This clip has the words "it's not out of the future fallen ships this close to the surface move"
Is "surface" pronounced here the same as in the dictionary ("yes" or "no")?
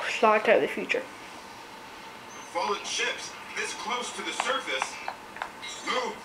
yes